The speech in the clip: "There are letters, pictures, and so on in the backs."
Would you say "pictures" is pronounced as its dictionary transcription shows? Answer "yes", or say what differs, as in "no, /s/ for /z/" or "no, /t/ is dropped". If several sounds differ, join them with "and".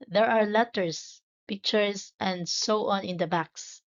no, /s/ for /z/